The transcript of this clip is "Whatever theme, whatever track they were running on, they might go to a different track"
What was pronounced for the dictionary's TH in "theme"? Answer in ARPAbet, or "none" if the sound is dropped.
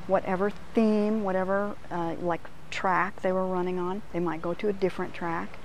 TH